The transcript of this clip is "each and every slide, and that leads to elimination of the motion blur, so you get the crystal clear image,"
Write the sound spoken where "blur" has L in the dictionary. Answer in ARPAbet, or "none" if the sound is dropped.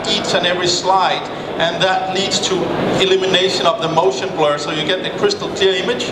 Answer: L